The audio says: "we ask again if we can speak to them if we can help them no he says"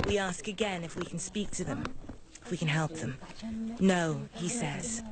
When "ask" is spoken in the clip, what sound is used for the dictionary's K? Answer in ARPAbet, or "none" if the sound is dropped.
K